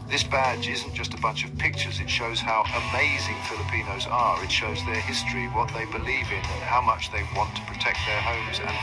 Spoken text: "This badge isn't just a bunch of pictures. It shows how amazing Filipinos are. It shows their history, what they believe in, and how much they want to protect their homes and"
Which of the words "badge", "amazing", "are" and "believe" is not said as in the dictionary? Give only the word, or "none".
none